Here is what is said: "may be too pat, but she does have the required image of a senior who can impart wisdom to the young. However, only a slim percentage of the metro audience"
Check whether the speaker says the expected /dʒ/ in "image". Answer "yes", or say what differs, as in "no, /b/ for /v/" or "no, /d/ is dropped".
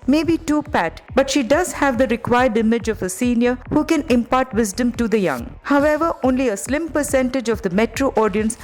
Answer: yes